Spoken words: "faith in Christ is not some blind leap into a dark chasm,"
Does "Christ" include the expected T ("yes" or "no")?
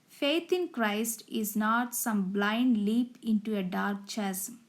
yes